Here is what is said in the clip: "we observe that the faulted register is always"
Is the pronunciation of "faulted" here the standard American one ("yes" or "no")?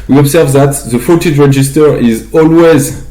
no